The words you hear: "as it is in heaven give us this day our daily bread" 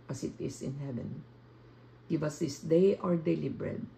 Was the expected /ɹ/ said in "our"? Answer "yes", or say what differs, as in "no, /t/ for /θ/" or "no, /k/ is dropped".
yes